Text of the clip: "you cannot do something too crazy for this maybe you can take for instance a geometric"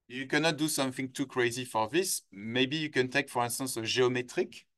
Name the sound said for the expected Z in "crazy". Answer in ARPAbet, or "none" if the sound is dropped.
Z